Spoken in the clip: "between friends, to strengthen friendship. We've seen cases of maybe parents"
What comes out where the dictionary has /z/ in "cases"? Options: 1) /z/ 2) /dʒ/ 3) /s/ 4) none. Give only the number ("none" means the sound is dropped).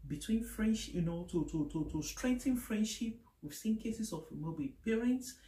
3